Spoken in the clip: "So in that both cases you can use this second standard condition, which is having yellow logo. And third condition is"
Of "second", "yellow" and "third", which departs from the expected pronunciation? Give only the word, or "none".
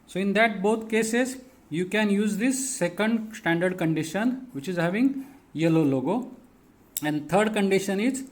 third